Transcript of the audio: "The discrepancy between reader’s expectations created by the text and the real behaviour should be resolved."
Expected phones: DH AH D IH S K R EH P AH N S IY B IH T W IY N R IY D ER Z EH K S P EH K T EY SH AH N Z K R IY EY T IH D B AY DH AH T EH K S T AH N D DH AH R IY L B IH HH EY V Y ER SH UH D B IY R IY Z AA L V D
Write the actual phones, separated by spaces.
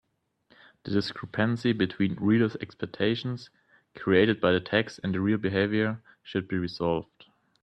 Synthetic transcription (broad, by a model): DH AH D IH S K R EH P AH N S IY B IH T W IY N R IY D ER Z EH K S P EH K T EY SH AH N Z K R IY EY T IH D B AY DH AH T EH K S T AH N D DH AH R IY L B IH HH EY V Y ER SH UH D B IY R IY Z AA L V D